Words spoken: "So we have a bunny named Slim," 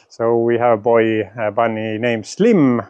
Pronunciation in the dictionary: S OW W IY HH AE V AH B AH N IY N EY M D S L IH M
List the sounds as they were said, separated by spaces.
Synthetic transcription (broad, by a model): S OW W IY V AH B AH B AH N IY N EY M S L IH M